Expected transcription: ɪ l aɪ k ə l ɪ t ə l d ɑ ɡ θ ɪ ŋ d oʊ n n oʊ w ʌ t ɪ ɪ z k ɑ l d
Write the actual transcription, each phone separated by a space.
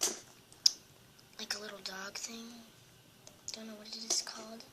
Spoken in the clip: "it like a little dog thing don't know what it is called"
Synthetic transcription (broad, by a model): l aɪ k ə l ɪ t l d ɑ ɡ θ ɪ ŋ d oʊ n n oʊ w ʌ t ɪ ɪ s k ɑ l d